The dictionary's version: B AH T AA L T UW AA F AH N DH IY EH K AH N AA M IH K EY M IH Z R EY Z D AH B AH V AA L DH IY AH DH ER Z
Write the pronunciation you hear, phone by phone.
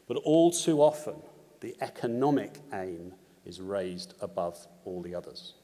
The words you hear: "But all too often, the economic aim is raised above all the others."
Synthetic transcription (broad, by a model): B AH T AA L T UW AA F AH N DH IY EH K AH N AA M IH K EY M IH Z R EY Z D AH B AH V AA L DH IY AH DH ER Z